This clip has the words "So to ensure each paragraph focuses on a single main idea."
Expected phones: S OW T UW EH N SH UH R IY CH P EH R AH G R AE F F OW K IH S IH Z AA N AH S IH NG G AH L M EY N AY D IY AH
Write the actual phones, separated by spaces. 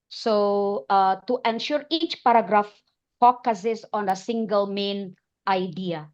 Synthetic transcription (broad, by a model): S OW T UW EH N SH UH R IY CH P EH R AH G R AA F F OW K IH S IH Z AA N AH S IH NG G AH L M EY N AY D IY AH